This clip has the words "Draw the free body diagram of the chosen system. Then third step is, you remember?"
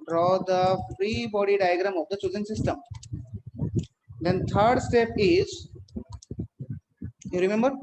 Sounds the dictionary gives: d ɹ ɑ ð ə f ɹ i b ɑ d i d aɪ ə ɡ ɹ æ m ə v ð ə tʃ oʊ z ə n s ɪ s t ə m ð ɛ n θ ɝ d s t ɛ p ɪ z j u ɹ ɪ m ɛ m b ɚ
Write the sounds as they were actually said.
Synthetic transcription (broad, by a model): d ɹ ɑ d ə f ɹ i b ɑ d i d aɪ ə ɡ ɹ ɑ m ə v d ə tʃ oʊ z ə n s ɪ s t ə m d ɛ n t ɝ d s t ɛ p ɪ z j u ɹ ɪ m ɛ m b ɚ